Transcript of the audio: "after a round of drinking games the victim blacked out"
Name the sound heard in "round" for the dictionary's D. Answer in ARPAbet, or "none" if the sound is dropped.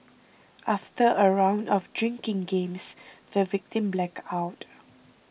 D